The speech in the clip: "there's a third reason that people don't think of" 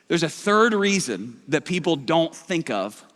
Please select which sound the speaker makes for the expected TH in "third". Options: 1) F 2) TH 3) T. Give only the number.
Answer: 2